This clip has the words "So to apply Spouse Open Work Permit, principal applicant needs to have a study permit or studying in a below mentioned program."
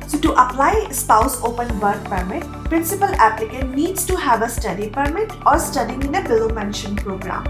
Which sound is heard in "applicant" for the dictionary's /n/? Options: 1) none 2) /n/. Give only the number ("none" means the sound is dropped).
1